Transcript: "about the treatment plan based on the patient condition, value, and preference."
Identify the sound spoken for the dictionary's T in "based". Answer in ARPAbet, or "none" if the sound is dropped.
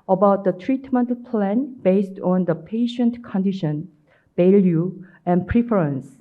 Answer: T